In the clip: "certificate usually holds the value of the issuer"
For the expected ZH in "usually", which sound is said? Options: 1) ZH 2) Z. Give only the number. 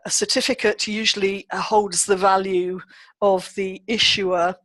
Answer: 1